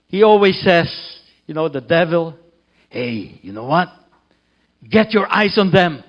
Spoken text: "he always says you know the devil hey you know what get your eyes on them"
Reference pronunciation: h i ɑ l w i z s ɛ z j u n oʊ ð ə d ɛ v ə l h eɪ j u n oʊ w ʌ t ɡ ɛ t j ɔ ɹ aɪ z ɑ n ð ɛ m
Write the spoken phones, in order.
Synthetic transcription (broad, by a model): h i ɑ l w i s ɛ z j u n oʊ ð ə d ɛ v ə l h eɪ j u n oʊ w ʌ t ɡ ɛ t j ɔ ɹ aɪ s ɑ n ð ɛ m